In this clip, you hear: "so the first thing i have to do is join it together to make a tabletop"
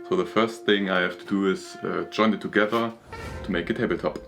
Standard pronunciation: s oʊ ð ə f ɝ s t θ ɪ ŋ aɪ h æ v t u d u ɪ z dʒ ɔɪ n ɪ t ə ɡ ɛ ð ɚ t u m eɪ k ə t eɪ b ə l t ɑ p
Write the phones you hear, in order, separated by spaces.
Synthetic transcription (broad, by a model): s oʊ ð ə f ɝ s t θ ɪ ŋ aɪ h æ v t u d u ɪ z dʒ ɔɪ n ɪ t ə ɡ ɛ ð ɚ t u m eɪ k ə t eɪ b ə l t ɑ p